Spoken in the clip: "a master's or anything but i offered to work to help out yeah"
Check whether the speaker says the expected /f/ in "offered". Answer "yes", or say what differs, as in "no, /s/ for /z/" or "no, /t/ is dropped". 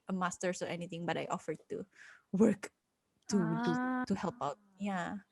yes